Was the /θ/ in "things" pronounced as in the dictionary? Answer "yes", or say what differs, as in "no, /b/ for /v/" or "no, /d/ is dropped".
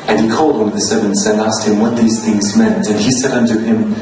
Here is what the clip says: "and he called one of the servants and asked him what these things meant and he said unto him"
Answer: yes